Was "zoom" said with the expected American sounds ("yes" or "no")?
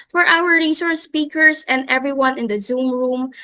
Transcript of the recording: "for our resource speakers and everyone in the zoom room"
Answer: yes